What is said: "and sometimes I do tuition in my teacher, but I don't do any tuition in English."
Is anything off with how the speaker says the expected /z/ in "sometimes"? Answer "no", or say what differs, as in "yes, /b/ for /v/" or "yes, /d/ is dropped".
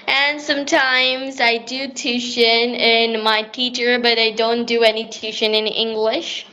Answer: no